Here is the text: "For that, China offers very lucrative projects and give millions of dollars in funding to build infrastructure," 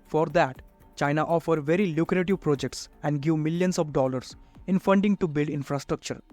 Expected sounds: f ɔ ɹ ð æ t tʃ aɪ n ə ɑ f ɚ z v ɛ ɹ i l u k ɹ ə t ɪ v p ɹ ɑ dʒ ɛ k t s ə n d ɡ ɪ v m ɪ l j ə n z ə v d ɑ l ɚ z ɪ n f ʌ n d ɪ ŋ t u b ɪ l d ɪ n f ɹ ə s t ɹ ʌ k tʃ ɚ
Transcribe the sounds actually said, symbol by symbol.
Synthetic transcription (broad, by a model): f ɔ ɹ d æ t tʃ aɪ n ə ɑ f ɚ v ɛ ɹ i l u k ɹ ə t ɪ v p ɹ ɑ dʒ ɛ k t s ə n d ɡ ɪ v m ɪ l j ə n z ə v d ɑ l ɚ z ɪ n f ʌ n d ɪ ŋ t u b ɪ l d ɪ n f ɹ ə s t ɹ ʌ k tʃ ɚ